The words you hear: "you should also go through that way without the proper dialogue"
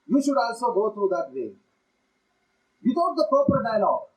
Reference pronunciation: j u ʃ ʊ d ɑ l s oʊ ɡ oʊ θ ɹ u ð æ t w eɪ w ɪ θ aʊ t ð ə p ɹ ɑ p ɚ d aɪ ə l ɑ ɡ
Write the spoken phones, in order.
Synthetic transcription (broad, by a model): j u ʃ ʊ d ɑ l s oʊ ɡ oʊ t ɹ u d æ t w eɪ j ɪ t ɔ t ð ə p ɑ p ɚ d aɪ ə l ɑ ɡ